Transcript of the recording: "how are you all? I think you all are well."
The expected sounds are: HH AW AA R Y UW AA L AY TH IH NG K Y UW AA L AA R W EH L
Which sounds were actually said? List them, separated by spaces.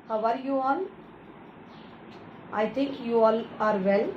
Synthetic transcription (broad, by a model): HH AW AA R Y UW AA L AY T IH NG K Y UW AA L AA R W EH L